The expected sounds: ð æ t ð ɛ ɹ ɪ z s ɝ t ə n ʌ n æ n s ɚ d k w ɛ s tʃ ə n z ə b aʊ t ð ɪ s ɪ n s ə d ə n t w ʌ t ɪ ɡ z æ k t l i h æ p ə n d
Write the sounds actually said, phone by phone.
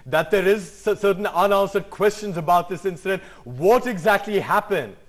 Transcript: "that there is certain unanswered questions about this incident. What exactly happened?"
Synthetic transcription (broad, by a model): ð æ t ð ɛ ɹ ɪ z s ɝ t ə n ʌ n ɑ n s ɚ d k w ɛ s tʃ ə n z ə b aʊ t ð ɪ s ɪ n s ə d ə n t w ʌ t ɪ ɡ z æ k t l i h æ p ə n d